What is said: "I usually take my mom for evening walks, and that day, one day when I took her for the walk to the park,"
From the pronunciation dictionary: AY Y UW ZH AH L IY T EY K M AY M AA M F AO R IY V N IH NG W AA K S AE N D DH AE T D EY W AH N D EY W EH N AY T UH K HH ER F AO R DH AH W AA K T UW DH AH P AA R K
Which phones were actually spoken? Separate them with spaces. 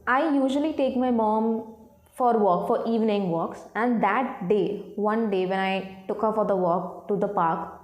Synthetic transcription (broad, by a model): AY Y UW ZH AH L IY T EY K M AY M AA M F AO R IY V N IH NG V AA K S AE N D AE T D EY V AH N D EY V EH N AY T UH K HH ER F AO R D AH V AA K T UW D AH P AA R K